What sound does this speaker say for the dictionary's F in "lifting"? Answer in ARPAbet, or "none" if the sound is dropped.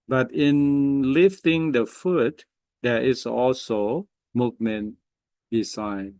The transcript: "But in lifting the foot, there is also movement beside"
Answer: F